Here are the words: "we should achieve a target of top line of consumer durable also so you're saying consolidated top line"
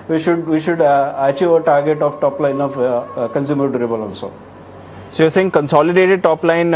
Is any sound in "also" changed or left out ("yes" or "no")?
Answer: yes